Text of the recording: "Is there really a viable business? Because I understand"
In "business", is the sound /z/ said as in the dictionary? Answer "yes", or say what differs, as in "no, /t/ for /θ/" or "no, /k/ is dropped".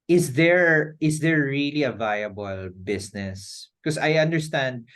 no, /s/ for /z/